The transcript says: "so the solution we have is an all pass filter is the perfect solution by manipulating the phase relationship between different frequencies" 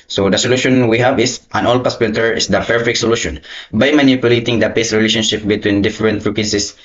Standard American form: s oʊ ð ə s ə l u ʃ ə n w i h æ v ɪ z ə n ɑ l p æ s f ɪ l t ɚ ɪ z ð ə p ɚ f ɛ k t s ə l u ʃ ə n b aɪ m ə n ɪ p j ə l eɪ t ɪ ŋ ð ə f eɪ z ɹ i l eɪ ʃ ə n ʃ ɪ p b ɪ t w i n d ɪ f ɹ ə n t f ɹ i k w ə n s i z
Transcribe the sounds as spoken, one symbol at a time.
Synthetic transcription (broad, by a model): s oʊ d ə s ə l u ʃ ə n w i h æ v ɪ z ə n ɑ l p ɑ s p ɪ n t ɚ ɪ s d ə p ɚ f ɛ k t s ə l u ʃ ə n b aɪ m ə n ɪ p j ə l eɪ t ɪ ŋ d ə p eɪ s ɹ i l eɪ ʃ ə n ʃ ɪ p b ɪ t w i n d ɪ f ɹ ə n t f ɹ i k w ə n s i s